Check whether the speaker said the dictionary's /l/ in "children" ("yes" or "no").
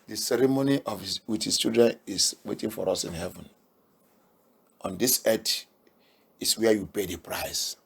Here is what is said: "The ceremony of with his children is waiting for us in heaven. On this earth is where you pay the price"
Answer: no